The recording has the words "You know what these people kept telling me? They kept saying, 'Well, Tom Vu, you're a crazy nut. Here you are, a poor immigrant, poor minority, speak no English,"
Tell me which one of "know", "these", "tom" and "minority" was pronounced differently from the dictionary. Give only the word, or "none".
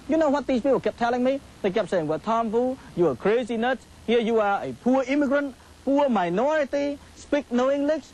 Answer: these